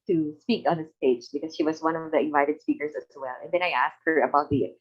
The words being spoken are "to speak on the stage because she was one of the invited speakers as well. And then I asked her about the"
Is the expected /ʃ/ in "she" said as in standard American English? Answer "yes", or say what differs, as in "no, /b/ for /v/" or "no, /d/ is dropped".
yes